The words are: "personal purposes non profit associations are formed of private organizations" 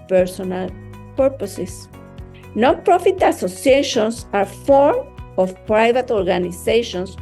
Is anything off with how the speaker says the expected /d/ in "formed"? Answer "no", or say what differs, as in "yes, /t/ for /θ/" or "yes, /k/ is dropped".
yes, /d/ is dropped